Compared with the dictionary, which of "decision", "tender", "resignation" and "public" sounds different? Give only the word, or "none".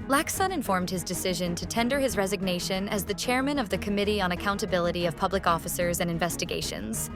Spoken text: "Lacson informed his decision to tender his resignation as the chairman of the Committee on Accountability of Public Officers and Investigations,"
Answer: none